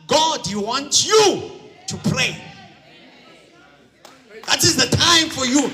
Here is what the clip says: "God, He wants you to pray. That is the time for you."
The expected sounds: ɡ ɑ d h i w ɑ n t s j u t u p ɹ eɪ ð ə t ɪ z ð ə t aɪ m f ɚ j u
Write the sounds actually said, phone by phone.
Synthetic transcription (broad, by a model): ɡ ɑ d h i w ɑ n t j u t u p ɹ eɪ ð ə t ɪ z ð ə t aɪ m f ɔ j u